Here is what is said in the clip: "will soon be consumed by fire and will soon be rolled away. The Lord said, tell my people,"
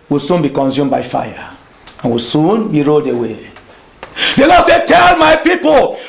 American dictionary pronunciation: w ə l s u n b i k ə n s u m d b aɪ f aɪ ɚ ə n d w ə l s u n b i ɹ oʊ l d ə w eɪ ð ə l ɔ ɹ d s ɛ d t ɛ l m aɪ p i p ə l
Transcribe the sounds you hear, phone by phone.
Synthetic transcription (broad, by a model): w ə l s u n b i k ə n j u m b aɪ f aɪ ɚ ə n w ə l s u n b i ɹ oʊ l d ə w eɪ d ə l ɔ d s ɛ t ɛ l m aɪ p i p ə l